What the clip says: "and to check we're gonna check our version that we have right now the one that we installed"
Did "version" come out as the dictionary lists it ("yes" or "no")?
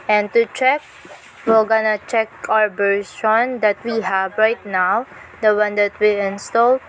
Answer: no